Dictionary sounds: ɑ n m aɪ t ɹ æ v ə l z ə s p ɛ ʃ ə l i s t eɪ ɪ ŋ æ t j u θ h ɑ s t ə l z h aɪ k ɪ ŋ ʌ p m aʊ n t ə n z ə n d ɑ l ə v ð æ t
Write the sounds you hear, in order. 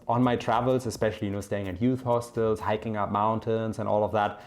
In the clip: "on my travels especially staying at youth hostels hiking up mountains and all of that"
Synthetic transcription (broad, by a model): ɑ n m aɪ t ɹ æ v ə l z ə s p ɛ ʃ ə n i s t eɪ ɪ ŋ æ t j u θ h ɑ s t ə l z h aɪ k ɪ ŋ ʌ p m aʊ n t ə n z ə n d ɑ l ə v ð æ t